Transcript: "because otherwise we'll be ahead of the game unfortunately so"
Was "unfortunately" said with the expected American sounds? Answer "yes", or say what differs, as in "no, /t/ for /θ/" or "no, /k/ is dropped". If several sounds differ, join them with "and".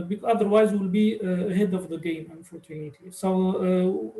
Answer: no, /l/ is dropped